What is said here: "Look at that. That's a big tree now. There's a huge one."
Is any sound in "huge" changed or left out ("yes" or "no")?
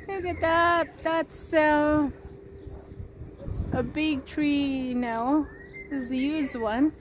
yes